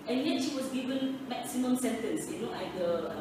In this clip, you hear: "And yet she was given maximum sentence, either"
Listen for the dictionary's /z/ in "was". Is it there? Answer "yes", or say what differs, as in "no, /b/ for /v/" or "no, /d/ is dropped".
no, /s/ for /z/